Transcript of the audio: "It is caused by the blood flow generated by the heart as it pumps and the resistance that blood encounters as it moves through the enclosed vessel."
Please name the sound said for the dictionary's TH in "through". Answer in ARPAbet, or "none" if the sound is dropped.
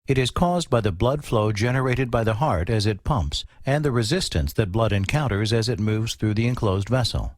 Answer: TH